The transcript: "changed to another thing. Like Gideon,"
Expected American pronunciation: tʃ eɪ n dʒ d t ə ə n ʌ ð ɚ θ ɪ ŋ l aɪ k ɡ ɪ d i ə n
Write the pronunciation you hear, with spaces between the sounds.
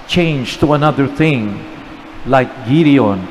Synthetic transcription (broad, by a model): tʃ eɪ n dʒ t ə ə n ʌ ð ɚ θ ɪ ŋ l aɪ k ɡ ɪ d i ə n